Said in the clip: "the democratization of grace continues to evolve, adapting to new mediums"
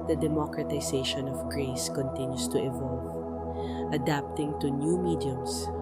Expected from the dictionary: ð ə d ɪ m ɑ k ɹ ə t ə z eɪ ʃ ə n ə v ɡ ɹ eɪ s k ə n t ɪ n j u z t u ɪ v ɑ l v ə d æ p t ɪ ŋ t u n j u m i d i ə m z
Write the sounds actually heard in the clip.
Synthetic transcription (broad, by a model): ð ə d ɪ m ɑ k ɹ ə t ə s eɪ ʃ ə n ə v ɡ ɹ eɪ s k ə n t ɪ n j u s t u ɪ v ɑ l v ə d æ p t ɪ ŋ t u n j u m i d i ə m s